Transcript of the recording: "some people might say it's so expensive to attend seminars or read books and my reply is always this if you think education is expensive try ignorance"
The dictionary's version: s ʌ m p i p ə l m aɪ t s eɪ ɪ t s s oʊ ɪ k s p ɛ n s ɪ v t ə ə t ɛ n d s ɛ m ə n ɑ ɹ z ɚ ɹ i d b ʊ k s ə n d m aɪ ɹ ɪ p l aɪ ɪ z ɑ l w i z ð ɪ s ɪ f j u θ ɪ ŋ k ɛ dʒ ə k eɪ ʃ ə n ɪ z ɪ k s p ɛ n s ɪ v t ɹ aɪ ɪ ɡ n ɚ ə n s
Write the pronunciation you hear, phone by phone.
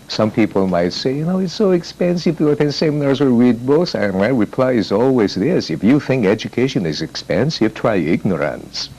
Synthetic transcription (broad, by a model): s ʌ m p i p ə l m aɪ t s eɪ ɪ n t s oʊ ɪ k s p ɛ n s ɪ v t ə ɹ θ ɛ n s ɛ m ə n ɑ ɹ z ɚ ɹ i d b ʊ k s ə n m aɪ ɹ ɪ p l aɪ ɪ z ɑ l w i z ð ɪ s ɪ f j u θ ɪ ŋ k ɛ dʒ ə k eɪ ʃ ə n ɪ z ɪ k s p ɛ n s ɪ v t ɹ aɪ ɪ ɡ n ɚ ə n s